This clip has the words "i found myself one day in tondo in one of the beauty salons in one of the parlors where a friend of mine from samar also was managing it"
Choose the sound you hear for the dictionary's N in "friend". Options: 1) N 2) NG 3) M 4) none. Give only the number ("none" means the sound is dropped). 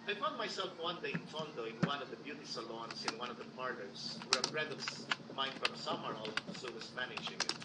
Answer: 4